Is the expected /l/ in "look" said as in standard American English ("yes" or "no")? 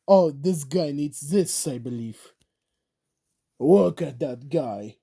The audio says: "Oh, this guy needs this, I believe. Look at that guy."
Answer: no